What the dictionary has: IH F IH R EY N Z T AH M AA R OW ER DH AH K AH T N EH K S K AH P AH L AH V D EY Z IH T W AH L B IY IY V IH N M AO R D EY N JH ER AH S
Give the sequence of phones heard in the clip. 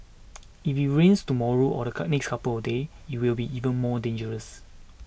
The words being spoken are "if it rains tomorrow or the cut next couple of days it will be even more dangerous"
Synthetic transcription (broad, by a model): IH F IH R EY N S T AH M AA R OW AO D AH K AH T N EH K S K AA P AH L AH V D EY IH T W AH L B IY IY V IH N M AO D EY N JH ER AH S